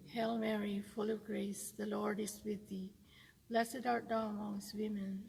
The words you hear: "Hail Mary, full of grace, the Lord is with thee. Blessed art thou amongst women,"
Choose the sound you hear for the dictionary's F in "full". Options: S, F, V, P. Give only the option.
F